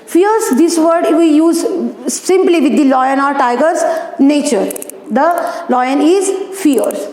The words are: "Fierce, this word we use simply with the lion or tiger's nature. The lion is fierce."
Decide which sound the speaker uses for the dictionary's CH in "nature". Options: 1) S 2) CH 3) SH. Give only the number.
2